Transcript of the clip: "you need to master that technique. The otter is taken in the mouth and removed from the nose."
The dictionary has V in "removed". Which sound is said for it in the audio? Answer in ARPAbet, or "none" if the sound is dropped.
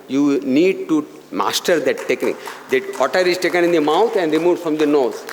F